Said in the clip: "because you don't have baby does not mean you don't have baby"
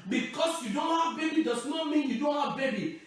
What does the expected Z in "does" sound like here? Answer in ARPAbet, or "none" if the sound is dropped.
S